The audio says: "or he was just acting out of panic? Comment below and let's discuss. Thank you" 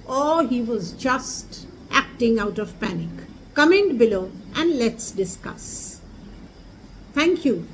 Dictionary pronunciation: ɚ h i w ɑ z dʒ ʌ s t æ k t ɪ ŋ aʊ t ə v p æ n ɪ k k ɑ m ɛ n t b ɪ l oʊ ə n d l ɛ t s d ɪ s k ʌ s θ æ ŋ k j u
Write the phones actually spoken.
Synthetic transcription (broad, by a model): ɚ h i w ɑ z dʒ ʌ s t æ k t ɪ ŋ aʊ t ə v p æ n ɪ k k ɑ m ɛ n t b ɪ l oʊ ə n d l ɛ t s d ɪ s k ʌ s t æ ŋ k j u